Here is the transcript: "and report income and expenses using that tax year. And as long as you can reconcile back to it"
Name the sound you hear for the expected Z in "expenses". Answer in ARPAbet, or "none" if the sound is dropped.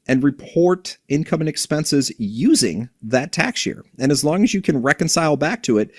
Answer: Z